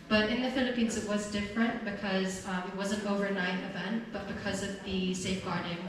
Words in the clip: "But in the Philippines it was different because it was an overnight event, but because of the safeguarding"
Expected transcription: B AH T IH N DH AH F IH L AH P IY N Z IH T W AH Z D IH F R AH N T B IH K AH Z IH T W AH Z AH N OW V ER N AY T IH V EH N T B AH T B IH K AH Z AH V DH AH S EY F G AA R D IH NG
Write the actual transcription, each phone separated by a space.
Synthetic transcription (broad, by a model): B AH T IH N DH AH F IH L AH P IY N Z IH T W AH Z D IH F R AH N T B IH K AH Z IH T W AH Z AH N OW V ER N AY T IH V EH N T B AH T B IH K AH Z AH V DH AH S EY F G AA R D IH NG